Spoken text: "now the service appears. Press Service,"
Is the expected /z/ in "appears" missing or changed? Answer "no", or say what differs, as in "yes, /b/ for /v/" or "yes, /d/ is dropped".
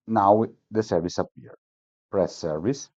yes, /z/ is dropped